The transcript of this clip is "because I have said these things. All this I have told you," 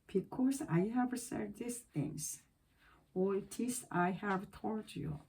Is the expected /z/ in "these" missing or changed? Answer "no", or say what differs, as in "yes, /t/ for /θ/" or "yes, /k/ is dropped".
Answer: yes, /s/ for /z/